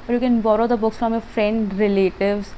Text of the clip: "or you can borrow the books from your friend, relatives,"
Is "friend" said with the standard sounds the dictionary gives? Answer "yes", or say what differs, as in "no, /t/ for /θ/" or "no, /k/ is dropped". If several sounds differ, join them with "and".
yes